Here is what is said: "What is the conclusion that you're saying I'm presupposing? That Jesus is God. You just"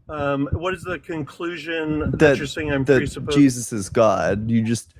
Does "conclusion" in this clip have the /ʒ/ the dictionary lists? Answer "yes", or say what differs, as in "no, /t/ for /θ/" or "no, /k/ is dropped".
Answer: yes